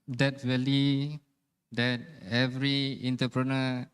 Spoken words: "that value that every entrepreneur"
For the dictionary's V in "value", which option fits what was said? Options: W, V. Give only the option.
W